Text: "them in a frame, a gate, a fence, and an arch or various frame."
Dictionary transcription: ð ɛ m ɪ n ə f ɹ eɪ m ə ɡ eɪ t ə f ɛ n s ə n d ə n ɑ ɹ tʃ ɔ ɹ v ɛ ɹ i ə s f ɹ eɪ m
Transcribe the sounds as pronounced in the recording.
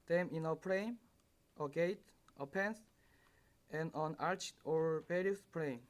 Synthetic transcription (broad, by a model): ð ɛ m ɪ n ə p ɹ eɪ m ə ɡ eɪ t ə p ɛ n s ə n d ə n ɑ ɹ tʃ ɔ ɹ b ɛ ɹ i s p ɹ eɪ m